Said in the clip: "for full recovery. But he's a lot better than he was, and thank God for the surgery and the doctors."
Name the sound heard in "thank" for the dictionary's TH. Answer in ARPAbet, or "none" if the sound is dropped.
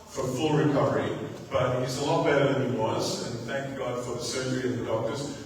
TH